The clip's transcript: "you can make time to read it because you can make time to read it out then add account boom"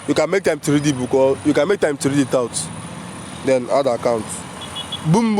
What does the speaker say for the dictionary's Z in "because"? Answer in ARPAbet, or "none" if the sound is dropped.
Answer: none